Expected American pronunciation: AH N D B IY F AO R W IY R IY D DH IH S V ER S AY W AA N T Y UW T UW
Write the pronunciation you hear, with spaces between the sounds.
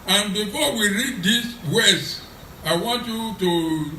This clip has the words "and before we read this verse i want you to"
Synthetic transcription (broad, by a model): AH N B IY F AO W IY R IY D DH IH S W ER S AY W AA N T Y UW T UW